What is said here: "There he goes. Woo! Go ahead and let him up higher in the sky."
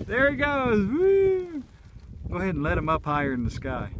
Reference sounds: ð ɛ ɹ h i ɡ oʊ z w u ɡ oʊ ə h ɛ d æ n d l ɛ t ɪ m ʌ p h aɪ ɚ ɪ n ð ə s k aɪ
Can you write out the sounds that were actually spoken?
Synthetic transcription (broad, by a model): ð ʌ ɹ i ɡ oʊ z w u ɡ oʊ ə h ɛ d n l ɛ t ɪ m ʌ p h aɪ ɚ ɪ n ð ə s k aɪ